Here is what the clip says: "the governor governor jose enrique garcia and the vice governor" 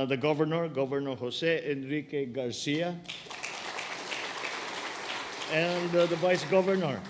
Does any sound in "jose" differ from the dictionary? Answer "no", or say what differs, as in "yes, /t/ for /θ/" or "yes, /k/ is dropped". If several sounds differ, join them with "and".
yes, /s/ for /z/